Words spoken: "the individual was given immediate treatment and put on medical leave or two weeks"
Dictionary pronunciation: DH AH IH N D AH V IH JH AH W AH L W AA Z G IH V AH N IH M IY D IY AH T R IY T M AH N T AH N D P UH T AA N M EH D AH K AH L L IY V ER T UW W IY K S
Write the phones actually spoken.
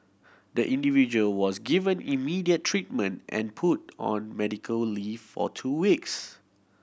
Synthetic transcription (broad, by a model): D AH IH N D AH V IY JH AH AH L W AA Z G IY V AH N IH M IY D IY AH T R IY T M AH N T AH N P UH T AA N M EH D AH K AH L L IY F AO T UW W IY K S